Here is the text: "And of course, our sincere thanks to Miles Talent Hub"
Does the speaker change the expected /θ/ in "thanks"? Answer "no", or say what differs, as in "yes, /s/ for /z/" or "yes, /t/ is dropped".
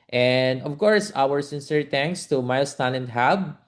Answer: yes, /t/ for /θ/